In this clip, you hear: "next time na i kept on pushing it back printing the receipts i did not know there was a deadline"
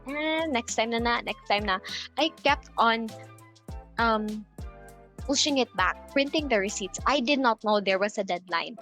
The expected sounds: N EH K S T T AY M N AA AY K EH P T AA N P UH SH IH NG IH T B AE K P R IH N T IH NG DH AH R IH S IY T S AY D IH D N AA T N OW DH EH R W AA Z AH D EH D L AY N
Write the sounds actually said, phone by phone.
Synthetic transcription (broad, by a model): N EH K S T T AY M N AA AY K EH P T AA N P UH SH IH NG IH T B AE K P R IH N T IH NG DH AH R IH S IY T S AY D IH D N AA T N OW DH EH R W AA S AH D EH D L AY N